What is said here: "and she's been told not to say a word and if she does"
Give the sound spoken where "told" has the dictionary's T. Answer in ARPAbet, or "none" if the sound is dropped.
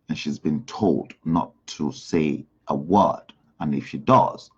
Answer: T